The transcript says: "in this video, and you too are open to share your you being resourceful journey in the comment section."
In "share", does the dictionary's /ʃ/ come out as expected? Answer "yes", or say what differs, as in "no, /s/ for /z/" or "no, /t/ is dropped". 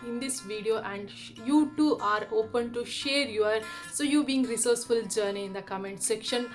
yes